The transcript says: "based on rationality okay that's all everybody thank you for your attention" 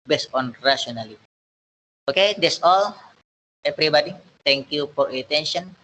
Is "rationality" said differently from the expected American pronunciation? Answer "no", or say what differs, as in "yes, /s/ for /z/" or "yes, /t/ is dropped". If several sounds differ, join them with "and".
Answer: yes, /n/ is dropped and /n/ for /l/